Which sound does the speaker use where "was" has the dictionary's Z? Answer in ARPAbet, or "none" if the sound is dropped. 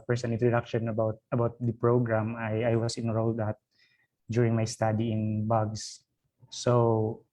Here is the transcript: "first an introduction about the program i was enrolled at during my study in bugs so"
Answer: S